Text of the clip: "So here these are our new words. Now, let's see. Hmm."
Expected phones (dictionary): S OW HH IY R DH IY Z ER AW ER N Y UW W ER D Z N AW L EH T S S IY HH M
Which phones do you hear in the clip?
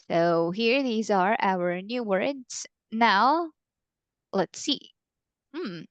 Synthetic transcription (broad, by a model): S OW HH IY R DH IY Z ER AW ER N Y UW W ER D Z N AW L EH T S S IY M